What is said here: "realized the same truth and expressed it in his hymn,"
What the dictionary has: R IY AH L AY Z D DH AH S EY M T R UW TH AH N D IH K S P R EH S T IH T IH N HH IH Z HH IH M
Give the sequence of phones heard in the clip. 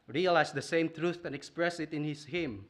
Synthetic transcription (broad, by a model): R IY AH L AY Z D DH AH S EY M T R UW TH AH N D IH K S P R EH S IH T IH N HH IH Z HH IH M